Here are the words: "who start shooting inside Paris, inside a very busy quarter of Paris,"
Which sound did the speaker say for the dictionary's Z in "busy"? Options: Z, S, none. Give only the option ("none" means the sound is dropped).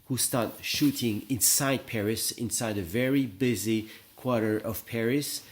Z